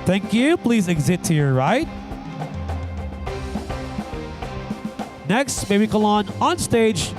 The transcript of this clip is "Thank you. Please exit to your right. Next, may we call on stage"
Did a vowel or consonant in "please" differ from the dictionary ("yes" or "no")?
no